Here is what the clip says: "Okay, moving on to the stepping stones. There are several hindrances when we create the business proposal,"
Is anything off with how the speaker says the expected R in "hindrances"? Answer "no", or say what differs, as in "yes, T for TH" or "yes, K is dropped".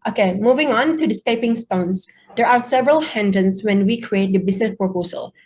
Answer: yes, R is dropped